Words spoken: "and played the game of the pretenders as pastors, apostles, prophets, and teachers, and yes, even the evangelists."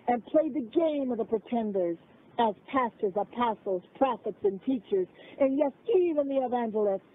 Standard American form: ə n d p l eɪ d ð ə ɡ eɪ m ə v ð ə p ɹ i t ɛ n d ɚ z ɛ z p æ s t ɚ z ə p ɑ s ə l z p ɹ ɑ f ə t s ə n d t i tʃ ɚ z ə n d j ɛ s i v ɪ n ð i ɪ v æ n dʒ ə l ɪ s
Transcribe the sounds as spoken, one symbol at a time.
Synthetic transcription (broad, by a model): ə n p l eɪ d ð ə ɡ eɪ m ə v ð ə p ɹ i t ɛ n d ɚ z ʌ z p æ s t ɚ z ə p ɑ s l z p ɹ ɑ f ə t s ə n t i tʃ ɚ z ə n j ɛ s i v ɪ n ð i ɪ v æ n dʒ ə l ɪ s